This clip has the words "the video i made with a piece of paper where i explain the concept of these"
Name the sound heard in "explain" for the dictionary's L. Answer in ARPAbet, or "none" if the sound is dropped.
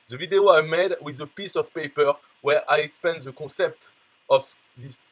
none